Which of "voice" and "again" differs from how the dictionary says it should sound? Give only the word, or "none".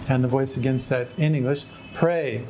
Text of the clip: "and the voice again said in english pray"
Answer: none